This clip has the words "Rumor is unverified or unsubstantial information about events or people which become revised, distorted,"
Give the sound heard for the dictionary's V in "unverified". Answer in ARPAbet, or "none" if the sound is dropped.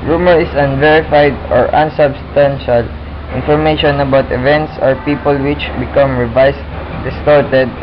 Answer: V